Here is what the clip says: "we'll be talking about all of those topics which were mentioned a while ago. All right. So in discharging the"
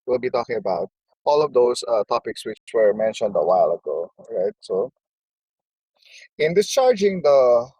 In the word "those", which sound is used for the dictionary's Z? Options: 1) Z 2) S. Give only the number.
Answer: 2